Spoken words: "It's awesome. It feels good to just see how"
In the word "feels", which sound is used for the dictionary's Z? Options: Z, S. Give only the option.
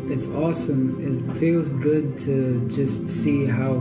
Z